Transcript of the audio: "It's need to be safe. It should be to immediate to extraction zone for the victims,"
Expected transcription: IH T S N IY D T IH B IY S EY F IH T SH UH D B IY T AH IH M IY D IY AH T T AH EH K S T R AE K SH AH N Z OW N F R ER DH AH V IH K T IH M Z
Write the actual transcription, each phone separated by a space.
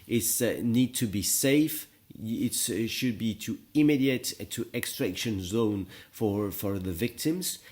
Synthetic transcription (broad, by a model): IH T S N IY D T IH B IY S EY F IH T SH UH D B IY T AH IH M IY D IY AH T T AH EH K S T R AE K SH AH N Z OW N F R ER DH AH V IH K T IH M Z